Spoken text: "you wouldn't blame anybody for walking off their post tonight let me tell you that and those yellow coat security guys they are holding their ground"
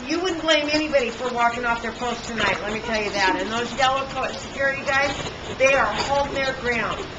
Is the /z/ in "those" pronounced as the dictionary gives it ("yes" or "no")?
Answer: yes